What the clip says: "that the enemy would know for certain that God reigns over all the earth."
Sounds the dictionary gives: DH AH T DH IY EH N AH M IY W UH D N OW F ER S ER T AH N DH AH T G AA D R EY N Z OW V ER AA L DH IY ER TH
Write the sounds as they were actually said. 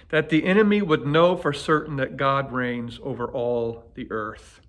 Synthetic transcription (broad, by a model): DH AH T DH IY EH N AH M IY W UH D N OW F ER S ER T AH N DH AH T G AA D R EY N Z OW V ER AA L DH IY ER TH